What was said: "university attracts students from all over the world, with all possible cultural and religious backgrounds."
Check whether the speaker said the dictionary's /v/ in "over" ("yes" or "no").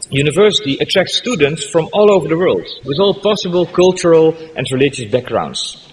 yes